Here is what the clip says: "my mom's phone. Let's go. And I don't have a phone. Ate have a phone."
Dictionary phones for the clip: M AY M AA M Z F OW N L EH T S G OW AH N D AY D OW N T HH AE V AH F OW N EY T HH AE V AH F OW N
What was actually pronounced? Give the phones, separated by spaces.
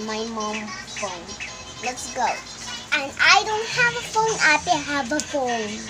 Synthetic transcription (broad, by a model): M AY M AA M F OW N L EH T S G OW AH N AY D OW N T HH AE V AH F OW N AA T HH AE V AH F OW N